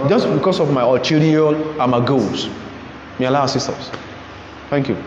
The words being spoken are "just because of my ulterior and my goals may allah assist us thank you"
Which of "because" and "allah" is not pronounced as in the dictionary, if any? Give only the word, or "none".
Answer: because